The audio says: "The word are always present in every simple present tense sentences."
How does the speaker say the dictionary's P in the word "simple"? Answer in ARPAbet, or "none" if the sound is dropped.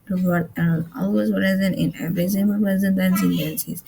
none